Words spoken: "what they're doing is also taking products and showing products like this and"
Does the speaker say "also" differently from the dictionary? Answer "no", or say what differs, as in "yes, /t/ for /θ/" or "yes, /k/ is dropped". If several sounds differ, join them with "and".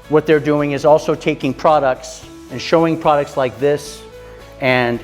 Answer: no